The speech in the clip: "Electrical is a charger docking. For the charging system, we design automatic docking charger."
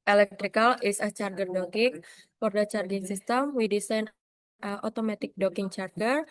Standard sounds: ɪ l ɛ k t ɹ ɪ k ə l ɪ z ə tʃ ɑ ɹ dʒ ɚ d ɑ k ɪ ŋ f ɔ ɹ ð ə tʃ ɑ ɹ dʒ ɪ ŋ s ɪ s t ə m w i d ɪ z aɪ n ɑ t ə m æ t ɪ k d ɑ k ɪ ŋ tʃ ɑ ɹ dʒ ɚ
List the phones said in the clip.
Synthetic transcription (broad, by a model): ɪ l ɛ k t ɹ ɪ k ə l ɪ s ə tʃ ɑ ɹ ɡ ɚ d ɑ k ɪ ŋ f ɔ ɹ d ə tʃ ɑ ɹ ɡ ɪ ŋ s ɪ s t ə m w i d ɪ s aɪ n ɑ t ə m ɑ t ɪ k d ɑ k ɪ ŋ tʃ ɑ ɹ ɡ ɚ